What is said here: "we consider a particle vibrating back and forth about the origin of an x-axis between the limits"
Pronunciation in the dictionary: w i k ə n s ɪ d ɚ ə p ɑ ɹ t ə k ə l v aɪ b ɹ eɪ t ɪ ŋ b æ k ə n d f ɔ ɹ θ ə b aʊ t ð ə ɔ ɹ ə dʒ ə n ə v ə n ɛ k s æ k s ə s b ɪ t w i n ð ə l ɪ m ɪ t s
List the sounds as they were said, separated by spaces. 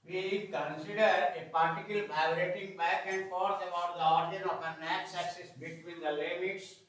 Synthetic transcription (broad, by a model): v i k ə n s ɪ d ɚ ə p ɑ ɹ t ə k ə l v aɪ ɹ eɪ t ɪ ŋ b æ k ə n d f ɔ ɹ t ə b aʊ t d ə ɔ ɹ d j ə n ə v ə n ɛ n s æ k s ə s b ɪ t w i n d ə l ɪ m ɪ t s